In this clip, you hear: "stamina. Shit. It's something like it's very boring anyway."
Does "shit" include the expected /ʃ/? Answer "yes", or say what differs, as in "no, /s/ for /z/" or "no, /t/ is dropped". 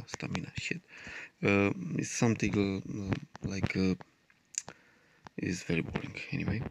yes